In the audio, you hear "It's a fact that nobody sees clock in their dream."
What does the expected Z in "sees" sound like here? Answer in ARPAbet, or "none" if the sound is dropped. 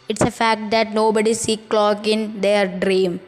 none